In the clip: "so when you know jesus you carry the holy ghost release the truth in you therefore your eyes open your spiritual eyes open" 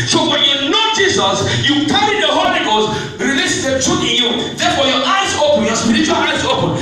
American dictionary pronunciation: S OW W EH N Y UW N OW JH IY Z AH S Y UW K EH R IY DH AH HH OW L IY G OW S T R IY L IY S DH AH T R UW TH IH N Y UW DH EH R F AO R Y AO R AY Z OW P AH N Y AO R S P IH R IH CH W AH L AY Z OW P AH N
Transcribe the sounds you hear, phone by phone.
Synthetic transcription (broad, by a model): S OW W EH N Y UW N OW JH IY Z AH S Y UW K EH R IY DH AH HH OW N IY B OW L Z R IY L IY S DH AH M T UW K IH N Y UW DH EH F AO Y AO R AY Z OW P AH N Y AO S P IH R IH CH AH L AY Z OW P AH N